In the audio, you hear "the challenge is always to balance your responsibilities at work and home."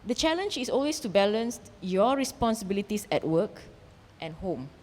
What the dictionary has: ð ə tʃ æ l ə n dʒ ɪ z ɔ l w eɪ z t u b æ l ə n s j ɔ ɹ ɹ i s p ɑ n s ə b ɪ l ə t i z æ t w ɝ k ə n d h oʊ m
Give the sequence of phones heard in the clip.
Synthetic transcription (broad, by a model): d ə tʃ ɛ l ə n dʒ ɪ s ɔ l w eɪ s t u b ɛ l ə n s j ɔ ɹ ɹ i s p ɑ n s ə b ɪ l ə t i s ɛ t w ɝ k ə n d h oʊ m